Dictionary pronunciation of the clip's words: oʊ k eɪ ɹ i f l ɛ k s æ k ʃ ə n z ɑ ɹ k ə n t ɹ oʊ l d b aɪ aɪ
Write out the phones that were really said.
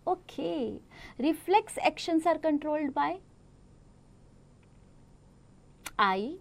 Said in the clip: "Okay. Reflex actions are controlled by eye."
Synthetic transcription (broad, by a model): oʊ k eɪ ɹ i f l ɛ k s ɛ k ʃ ə n s ɑ ɹ k ə n t ɹ oʊ l d b aɪ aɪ